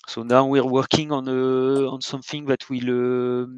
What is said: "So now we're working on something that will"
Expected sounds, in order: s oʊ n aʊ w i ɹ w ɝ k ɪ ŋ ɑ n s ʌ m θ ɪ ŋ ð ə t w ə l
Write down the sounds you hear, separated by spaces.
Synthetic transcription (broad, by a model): s oʊ n aʊ w i ɹ w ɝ k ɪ ŋ ɑ n s ʌ m θ ɪ ŋ ð ə t w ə l